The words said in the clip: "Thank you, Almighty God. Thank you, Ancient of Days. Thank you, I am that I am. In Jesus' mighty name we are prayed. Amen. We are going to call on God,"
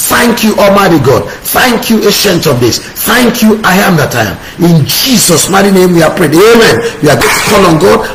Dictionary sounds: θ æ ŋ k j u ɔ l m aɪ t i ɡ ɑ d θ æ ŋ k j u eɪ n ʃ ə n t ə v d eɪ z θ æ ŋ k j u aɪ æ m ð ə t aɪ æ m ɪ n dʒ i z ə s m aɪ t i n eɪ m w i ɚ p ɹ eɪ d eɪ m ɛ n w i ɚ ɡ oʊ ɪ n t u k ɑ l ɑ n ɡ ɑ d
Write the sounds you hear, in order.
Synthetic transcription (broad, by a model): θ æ ŋ k j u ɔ m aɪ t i ɡ ɑ d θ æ ŋ k j u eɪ ʃ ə n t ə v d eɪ s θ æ ŋ k j u aɪ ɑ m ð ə t aɪ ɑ m ɪ n dʒ i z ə s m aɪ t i n eɪ m w i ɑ p ɹ eɪ d eɪ m ɛ n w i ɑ ɡ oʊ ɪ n t u k ɑ l ɑ n ɡ ɑ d